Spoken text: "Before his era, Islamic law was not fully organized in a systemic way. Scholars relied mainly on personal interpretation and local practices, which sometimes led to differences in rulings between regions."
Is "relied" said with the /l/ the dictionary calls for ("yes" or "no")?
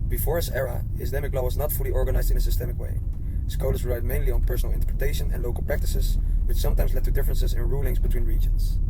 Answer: no